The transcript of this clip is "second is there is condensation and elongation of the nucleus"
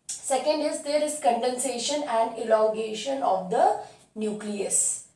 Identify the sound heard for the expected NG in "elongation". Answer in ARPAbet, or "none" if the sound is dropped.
none